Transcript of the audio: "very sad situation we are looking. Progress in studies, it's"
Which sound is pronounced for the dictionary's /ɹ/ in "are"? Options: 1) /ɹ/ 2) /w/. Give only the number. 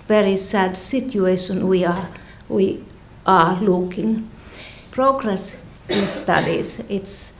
2